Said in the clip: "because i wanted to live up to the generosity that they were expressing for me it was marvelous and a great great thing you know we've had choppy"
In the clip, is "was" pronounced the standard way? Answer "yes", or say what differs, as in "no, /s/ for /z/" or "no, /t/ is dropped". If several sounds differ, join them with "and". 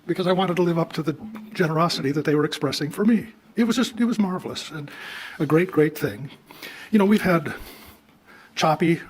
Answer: yes